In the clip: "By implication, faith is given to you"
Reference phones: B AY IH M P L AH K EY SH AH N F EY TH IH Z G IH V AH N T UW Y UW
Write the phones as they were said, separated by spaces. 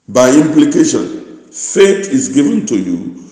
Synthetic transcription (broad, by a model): B AY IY M P L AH K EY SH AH N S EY T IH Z G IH V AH N T UW Y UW